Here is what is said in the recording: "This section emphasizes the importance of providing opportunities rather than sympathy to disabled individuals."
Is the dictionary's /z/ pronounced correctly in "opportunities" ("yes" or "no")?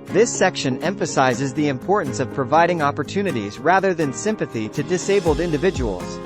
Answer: yes